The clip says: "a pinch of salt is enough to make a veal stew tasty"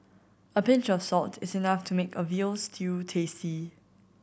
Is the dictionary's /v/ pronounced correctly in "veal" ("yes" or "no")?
yes